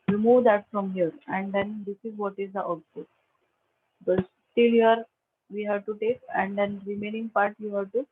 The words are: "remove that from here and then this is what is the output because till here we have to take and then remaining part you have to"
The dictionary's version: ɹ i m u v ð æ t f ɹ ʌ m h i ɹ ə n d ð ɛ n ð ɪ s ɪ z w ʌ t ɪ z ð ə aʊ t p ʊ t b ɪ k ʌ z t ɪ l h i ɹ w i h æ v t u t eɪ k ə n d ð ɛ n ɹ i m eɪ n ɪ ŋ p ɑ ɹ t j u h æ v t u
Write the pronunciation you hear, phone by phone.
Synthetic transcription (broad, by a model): ɹ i m u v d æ t f ɹ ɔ m h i ɹ ə n d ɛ n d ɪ s ɪ z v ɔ t ɪ z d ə t ɔ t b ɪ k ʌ s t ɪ l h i ɹ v i h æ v t u t eɪ k ə n d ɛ n ɹ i m eɪ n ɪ ŋ p ɑ ɹ t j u h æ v t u